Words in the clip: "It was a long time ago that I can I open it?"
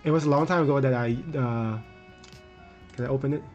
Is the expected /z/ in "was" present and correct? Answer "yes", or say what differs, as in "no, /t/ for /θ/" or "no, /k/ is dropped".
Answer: no, /s/ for /z/